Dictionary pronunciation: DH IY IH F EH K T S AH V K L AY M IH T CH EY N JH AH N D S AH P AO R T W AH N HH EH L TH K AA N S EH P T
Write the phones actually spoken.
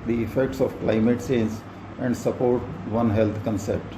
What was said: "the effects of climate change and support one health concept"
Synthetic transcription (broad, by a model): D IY IH F EH K T S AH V K L AY M IH T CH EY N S AH N D S AH P AO R T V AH N HH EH L T K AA N S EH P T